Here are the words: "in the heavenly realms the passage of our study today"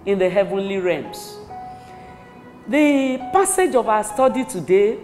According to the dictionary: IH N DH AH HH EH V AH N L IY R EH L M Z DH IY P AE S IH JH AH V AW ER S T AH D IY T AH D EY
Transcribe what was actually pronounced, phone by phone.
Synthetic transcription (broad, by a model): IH N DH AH HH EH V AH N L IY R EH M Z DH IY P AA S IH JH AH V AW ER S T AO D IY T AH D EY